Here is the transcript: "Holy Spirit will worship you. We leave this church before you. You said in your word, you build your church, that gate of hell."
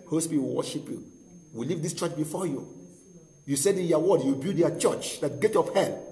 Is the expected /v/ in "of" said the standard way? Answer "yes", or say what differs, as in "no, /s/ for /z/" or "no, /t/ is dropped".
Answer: no, /p/ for /v/